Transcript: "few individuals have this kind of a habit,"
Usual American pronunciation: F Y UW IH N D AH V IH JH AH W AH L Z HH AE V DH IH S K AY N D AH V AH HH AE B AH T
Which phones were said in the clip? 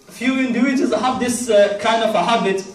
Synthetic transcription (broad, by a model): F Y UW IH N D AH IH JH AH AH Z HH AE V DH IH S K AY N D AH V AH HH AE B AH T